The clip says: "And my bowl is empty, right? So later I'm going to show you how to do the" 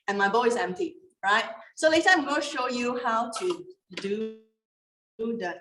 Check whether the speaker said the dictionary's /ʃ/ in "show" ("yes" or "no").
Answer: yes